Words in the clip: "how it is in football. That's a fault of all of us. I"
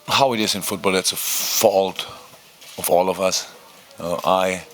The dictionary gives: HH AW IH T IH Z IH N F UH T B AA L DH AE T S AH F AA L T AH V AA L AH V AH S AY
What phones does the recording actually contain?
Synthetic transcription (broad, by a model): HH AW IH T IH Z IH N F UH T B AA L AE T S AH F AA L T AH V AA L AH V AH S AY